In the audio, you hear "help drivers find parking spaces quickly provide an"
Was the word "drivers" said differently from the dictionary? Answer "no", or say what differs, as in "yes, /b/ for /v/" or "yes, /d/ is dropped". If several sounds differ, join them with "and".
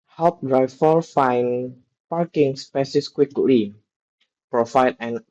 yes, /f/ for /v/